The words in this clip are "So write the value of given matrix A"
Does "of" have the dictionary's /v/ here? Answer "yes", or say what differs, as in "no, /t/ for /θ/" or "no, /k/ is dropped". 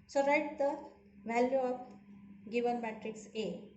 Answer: no, /b/ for /v/